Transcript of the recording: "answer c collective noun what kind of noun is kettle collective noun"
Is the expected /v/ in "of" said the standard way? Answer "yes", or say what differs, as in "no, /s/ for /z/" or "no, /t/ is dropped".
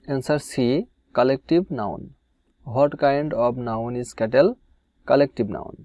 no, /b/ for /v/